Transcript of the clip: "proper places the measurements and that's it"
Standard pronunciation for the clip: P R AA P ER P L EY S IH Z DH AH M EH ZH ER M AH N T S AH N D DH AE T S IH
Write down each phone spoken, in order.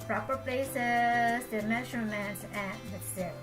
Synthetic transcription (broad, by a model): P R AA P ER P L EY S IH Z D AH M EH SH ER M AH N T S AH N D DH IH S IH